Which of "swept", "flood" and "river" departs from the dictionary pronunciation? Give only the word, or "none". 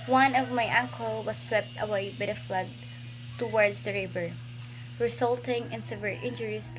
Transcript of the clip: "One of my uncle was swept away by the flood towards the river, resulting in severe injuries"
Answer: river